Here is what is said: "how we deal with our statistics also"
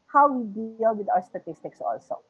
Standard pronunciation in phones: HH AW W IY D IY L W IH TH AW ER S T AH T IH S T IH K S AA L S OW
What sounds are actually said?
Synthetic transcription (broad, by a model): HH AW W IY D IY L W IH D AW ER S T AH T IH S T IH K S AA L S OW